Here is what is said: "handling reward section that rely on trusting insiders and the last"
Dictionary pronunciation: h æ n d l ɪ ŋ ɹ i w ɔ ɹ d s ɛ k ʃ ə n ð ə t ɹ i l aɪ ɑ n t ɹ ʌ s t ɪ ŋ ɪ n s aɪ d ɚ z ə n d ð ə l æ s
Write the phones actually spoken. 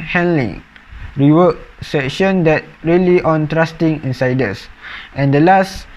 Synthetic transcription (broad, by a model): h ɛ n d l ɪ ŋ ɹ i w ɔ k s ɛ k ʃ ə n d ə t ɹ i l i ɑ n t ɹ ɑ s t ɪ ŋ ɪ n s aɪ d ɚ s ə n d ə l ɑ s